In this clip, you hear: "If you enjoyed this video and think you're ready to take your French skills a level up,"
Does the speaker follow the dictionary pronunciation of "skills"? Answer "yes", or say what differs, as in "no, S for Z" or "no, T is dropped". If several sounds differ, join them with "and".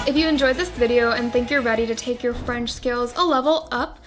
yes